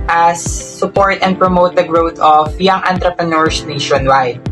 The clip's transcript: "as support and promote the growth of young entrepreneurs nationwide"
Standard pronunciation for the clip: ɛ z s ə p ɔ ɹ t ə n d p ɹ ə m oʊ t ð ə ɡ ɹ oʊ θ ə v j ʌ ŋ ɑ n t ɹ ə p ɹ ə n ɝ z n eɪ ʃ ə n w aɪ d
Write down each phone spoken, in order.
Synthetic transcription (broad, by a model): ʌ s ə p ɔ ɹ t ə n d p ɹ ə m oʊ t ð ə ɡ ɹ oʊ t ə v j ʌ ŋ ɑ n t ɹ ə p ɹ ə n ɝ s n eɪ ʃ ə n w aɪ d